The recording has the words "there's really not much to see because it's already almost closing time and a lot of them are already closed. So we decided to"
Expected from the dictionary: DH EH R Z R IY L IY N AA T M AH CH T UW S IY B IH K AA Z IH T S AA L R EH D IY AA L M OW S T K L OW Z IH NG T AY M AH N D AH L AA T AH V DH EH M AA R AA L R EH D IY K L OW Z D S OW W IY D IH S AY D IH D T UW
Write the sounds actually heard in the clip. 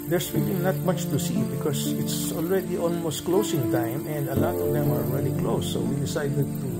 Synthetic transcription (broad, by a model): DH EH R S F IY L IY N AA T M AH CH T UW S IY B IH K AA S IH T S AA L R EH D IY AA L M OW S T K L OW S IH NG T AY M AH N D AH L AA T AH V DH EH M AA R AA L R EH D IY K L OW S OW W IY D IH S AY D IH D T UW